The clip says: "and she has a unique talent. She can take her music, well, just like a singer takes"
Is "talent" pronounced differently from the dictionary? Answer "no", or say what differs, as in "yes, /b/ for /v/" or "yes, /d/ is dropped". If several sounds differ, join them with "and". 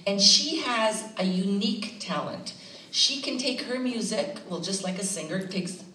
no